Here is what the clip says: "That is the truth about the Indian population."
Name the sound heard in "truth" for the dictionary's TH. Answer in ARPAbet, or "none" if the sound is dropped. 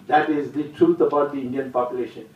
T